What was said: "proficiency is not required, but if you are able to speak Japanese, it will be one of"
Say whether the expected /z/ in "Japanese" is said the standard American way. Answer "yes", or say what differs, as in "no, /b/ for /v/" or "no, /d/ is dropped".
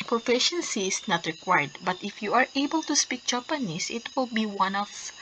no, /s/ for /z/